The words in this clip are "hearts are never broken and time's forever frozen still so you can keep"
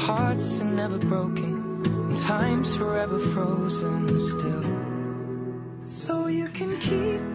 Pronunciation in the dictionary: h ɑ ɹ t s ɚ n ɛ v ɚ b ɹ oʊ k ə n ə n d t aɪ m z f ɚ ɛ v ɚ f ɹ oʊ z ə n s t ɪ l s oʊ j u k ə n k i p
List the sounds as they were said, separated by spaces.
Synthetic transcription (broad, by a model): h ɑ ɹ t s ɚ n ɛ v ɚ b ɹ oʊ ə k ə n t aɪ m z f ɚ ɛ v ɚ f ɹ oʊ z ə n s t ɪ l s oʊ j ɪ k ə n k i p